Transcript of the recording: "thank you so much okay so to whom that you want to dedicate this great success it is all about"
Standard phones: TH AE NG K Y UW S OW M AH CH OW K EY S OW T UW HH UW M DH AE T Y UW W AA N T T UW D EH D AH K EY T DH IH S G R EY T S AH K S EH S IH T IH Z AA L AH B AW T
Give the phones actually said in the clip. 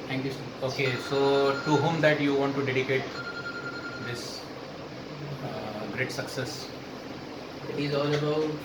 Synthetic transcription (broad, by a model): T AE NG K Y UW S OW OW K EY S OW T UW HH UW M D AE T Y UW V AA N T T UW D EH D AH K EY T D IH S G R EY T S AH K S EH S IH T IH Z AA L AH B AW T